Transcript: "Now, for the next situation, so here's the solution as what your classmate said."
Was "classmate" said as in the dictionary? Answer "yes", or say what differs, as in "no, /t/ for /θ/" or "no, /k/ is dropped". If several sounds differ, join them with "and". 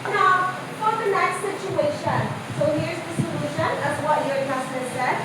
no, /l/ is dropped and /m/ is dropped